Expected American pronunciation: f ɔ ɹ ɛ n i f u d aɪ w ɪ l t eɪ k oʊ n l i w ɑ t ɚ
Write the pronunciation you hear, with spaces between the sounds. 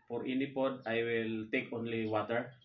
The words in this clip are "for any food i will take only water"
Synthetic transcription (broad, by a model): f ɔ ɹ ɛ n i p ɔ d aɪ w ɪ l t eɪ k oʊ n l i w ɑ t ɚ